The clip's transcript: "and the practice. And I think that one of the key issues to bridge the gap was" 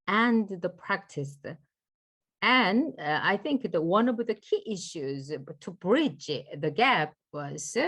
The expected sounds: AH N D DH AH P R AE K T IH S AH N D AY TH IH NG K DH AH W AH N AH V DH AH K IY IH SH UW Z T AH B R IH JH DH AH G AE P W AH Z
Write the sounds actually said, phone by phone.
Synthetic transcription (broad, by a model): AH N DH AH P R AE K T IH S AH N AY TH IH NG K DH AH W AH N AH V DH AH K IY IH SH UW Z T AH B R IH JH DH AH G AE P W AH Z